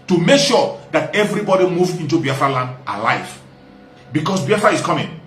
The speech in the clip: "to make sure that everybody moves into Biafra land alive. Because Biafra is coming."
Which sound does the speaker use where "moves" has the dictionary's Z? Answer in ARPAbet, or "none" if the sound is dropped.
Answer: none